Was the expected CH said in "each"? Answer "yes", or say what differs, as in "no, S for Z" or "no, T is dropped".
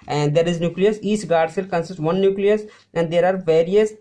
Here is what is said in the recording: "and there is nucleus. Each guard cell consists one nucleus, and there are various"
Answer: no, S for CH